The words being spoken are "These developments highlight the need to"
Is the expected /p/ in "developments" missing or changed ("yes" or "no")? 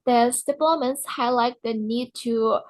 yes